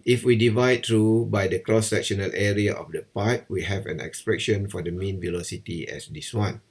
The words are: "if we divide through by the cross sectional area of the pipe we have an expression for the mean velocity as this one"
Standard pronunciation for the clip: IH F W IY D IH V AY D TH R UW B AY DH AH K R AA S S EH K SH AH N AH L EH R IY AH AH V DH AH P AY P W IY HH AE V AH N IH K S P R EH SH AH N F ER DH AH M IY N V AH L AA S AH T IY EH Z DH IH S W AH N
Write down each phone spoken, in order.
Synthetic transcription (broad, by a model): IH F W IY D IH V AY D T R UW B AY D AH K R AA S S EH K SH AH N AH L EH R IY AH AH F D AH P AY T W IY HH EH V AH N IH K S P R EH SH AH N F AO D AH M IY N V AH L AA S AH T IY EH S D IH S W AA N